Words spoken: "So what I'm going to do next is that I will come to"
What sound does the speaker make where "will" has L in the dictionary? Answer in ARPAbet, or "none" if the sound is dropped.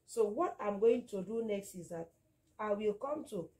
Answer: L